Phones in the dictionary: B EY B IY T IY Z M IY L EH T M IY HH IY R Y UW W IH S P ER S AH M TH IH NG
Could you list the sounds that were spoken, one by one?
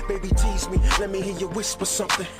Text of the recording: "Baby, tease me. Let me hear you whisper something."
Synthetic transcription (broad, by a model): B EY B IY T IY Z M IY L EH T M IY HH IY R Y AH W IH S P ER S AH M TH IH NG